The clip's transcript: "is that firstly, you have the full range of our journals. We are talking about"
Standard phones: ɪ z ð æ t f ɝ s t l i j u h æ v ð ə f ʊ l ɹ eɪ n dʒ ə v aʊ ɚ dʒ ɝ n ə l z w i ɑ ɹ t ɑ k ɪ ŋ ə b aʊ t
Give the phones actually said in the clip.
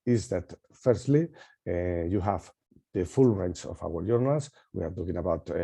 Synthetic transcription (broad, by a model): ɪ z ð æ t f ɝ s t l i j u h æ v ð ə f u l ɹ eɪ n tʃ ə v aʊ ɚ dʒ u n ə l s w i ɑ ɹ t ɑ k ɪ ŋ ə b aʊ t